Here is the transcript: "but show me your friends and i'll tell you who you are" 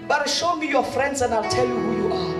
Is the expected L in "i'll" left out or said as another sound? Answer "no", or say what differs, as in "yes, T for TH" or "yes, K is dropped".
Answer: no